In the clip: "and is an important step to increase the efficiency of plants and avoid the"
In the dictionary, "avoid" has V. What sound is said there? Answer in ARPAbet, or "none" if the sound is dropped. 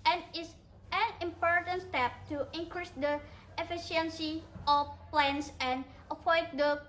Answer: P